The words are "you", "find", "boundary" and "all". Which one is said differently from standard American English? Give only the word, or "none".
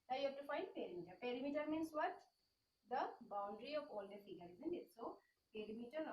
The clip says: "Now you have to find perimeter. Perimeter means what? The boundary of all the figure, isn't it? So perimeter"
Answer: none